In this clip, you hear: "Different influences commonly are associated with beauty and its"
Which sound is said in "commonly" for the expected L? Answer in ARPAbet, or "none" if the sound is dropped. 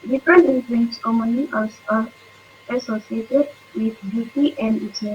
none